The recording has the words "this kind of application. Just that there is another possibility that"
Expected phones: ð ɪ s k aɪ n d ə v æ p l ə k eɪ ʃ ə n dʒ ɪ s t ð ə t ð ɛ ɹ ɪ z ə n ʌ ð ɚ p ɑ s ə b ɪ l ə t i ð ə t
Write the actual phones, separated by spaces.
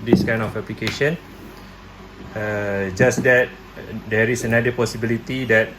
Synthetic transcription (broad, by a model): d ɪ s k aɪ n ə f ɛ p l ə k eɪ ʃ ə n dʒ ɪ s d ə t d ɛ ɹ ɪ s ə n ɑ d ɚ p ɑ s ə b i l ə t i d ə t